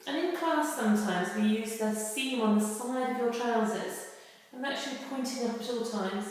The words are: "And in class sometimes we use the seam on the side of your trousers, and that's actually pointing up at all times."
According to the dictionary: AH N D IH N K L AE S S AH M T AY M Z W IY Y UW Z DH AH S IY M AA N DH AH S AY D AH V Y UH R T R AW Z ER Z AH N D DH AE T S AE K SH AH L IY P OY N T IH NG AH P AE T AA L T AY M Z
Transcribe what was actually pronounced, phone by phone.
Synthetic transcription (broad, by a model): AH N IH N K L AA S S AH M T AY M Z W IY Y UW Z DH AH S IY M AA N DH AH S AY D AH V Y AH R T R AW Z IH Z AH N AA K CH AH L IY P OY N T IH NG AH P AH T AA L T AY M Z